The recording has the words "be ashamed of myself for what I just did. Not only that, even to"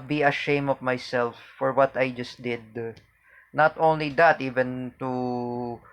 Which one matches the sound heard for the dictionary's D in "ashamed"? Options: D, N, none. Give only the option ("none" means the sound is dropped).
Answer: none